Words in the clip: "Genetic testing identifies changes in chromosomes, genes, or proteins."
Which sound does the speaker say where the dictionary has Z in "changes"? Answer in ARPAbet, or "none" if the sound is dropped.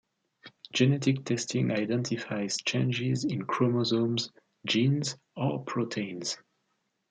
Z